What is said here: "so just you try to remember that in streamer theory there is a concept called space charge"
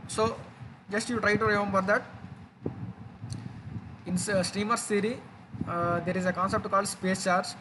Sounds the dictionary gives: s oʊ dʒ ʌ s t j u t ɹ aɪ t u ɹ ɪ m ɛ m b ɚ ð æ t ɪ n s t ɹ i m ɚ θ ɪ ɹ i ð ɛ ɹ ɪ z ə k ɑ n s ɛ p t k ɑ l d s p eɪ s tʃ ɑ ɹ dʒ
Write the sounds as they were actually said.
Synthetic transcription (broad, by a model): s oʊ dʒ ʌ s t j u t ɹ aɪ t u ɹ ɪ m ɛ m b ɚ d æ t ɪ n s t ɹ i m ɚ s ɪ ɹ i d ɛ ɹ ɪ z ə k ɑ n s ɛ p t k ɑ l d s p eɪ s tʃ ɑ ɹ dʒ